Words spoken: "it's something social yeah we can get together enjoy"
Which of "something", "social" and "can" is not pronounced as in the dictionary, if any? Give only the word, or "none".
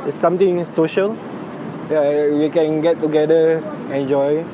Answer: something